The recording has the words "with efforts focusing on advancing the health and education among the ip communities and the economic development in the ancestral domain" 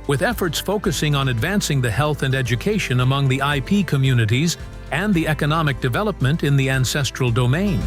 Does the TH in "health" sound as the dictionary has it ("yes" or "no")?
yes